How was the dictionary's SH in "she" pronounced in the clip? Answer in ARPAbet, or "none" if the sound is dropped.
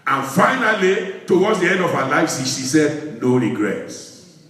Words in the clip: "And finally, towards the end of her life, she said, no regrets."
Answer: S